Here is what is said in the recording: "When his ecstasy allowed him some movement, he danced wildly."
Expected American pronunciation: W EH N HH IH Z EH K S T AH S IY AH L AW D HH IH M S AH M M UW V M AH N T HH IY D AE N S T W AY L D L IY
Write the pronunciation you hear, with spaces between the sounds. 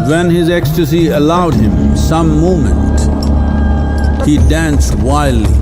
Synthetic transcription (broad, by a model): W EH N HH IH Z EH K S T AH S IY AH L AW D HH IH M S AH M M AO M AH N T HH IY D AE N S T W AY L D L IY